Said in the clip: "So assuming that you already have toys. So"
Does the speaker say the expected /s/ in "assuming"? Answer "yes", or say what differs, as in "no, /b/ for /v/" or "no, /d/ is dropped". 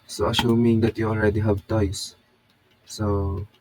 no, /ʃ/ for /s/